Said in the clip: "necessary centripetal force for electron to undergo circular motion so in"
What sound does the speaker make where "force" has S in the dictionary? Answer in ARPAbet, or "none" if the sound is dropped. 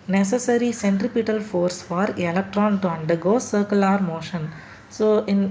S